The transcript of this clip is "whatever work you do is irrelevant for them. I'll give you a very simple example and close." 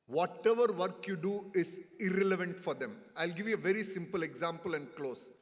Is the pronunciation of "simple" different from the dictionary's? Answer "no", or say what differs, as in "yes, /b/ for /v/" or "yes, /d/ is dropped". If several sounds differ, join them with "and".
no